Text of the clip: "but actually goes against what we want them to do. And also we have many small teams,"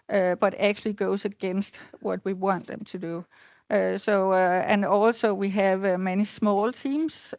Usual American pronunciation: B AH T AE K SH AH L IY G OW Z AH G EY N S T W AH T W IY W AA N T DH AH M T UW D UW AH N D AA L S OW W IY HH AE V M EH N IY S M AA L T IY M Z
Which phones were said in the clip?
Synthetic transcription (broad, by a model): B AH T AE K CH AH L IY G OW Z AH G EY N S T W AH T W IY W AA N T DH AH M T UW D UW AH N AA L S OW W IY HH AE V M EH N IY S M AA L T IY M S